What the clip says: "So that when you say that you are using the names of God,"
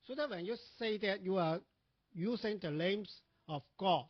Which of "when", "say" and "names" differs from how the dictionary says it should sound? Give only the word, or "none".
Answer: names